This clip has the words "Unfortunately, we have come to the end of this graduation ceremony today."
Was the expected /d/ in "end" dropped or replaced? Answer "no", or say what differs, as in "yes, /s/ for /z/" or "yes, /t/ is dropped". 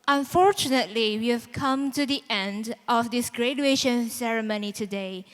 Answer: no